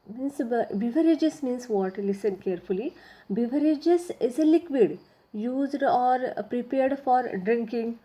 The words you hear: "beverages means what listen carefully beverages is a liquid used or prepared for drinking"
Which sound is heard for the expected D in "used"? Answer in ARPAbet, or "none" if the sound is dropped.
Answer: D